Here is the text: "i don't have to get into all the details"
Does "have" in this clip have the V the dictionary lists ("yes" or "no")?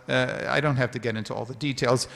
no